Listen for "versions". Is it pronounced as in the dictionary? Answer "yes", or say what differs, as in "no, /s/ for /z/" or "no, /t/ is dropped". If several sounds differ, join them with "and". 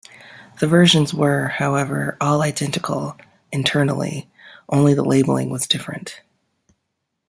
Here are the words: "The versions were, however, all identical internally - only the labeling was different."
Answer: yes